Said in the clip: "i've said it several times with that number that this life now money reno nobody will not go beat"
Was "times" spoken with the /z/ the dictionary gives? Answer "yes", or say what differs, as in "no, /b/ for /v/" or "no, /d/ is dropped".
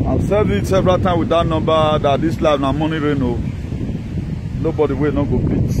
no, /z/ is dropped